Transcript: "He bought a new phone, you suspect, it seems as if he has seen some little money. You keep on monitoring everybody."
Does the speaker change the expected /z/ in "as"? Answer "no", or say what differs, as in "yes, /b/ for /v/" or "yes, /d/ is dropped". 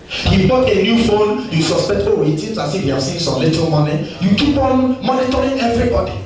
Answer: yes, /s/ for /z/